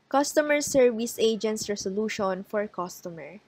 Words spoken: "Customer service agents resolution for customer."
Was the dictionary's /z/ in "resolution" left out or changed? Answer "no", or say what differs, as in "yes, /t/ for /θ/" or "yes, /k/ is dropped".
yes, /s/ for /z/